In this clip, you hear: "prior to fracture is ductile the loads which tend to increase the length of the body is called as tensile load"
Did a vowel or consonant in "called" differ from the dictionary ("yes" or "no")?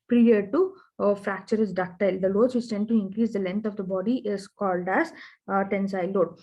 no